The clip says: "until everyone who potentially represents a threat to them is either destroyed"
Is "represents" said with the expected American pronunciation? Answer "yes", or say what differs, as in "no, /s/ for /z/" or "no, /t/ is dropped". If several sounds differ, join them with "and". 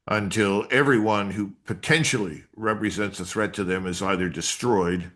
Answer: yes